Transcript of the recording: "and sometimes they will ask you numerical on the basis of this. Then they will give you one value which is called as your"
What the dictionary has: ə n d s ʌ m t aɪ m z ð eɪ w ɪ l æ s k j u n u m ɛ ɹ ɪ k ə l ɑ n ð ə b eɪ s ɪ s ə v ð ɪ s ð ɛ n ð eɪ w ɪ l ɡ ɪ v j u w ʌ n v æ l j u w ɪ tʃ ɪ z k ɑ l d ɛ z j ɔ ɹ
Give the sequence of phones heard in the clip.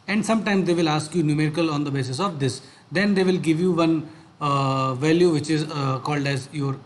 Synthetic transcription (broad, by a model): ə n d s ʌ m t aɪ m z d eɪ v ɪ l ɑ s k j u n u m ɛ ɹ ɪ k ə l ɑ n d ə b eɪ s ɪ s ə v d ɪ s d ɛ n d eɪ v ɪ l ɡ ɪ v j u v ʌ n v æ l j u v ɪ tʃ ɪ z k ɑ l d ɛ z j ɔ ɹ